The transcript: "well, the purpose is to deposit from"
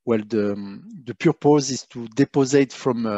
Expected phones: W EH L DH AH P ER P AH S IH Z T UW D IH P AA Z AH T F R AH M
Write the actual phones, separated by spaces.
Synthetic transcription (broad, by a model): W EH L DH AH P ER P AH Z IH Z T UW D IH P AA Z AH T F R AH M